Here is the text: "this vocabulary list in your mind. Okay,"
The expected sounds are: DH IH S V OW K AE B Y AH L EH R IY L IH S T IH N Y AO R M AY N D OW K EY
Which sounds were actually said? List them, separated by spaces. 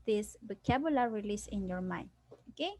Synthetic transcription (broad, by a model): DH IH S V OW K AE B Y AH L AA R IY L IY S IH N Y AO R M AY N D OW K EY